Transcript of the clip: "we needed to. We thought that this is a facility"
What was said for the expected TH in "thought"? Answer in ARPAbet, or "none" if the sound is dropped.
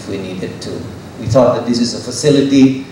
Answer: TH